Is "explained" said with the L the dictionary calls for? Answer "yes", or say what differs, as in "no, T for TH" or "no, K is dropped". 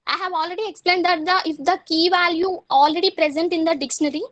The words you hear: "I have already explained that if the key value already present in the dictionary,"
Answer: yes